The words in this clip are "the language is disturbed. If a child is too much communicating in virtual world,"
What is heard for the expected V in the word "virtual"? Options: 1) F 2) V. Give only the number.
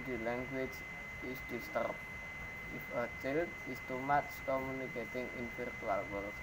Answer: 1